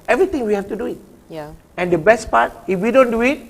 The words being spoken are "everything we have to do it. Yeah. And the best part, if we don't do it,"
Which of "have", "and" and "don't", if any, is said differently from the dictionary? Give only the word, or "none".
have